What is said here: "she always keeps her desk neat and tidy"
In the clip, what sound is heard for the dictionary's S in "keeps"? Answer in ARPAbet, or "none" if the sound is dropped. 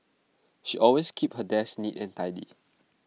none